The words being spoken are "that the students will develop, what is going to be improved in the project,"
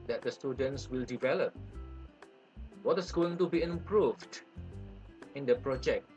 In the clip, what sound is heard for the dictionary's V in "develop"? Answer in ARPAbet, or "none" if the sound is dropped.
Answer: V